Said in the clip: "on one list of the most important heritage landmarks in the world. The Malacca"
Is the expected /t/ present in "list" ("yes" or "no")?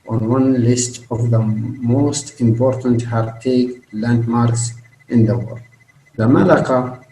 yes